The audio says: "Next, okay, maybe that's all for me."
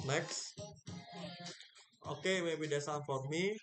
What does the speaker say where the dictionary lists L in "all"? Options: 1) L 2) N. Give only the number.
2